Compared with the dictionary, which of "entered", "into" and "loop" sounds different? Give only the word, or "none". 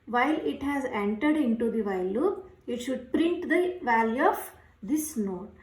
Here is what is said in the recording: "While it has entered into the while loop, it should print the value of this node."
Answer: loop